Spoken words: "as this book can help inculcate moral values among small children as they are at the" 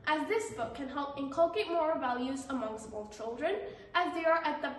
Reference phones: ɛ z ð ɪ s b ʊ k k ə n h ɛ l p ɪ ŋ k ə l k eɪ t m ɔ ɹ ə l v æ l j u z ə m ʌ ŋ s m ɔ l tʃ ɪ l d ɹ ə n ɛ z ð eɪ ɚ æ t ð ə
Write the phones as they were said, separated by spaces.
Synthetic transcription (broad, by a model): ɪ z ð ɪ s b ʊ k k ə n h ɛ l p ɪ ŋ k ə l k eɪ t m ɔ ɹ v æ l j u z ə m ʌ ŋ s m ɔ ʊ tʃ ɪ l d ɹ ə n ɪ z ð eɪ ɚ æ t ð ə